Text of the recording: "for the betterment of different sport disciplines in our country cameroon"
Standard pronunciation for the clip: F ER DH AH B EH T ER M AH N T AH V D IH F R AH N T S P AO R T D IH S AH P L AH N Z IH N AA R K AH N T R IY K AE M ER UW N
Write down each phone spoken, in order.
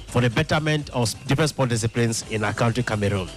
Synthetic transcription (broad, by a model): F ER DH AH B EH T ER M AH N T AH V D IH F R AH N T S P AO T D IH S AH P L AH N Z IH N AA K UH N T IY K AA M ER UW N